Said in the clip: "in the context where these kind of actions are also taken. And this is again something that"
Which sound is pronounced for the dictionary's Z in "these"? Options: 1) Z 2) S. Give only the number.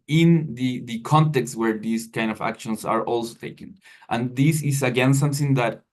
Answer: 2